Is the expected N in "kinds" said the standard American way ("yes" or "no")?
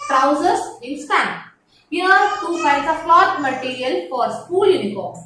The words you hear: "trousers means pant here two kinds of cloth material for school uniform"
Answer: no